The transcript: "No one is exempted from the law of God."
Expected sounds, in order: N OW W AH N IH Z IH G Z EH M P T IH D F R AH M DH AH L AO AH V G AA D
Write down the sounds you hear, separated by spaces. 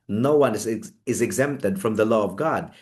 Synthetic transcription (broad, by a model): N OW W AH N IH Z IH G Z EH M P T IH D F R AH M DH AH L AO AH V G AA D